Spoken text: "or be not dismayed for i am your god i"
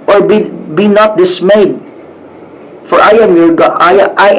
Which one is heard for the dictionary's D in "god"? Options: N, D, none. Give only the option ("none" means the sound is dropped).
none